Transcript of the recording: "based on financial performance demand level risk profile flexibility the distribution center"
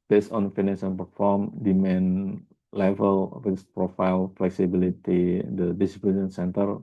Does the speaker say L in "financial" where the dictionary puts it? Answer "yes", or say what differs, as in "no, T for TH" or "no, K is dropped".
no, N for L